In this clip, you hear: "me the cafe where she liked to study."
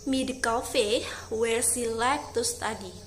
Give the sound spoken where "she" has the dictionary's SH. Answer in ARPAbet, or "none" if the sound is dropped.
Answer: S